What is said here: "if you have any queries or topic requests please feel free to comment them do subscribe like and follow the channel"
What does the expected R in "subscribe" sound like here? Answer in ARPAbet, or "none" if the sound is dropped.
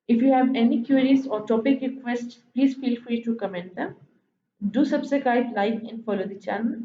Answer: none